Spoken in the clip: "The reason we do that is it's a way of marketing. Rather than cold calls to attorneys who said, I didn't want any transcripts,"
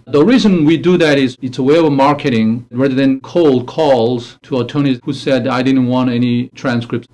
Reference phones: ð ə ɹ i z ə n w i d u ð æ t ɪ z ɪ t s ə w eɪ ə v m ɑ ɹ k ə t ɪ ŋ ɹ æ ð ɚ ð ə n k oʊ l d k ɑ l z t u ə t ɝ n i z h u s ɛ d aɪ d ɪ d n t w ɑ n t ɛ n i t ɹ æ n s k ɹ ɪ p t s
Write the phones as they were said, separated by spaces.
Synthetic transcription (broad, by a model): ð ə ɹ i z ə n w i d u ð æ t ɪ z ɪ t s ə w eɪ ə v m ɑ ɹ k ə t ɪ ŋ ɹ æ ð ɚ ð ə n k oʊ l d k ɑ l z t u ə t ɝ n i h u s ɛ d aɪ d ɪ d n t w ɑ n t ɛ n i t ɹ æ n s k ɹ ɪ p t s